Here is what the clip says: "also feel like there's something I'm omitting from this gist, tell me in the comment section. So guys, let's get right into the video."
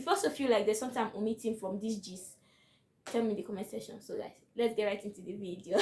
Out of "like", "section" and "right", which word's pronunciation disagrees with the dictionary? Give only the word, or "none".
section